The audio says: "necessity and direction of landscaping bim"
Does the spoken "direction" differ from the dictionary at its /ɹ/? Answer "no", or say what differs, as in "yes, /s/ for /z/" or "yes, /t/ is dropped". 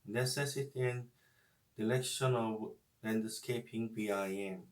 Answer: yes, /l/ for /ɹ/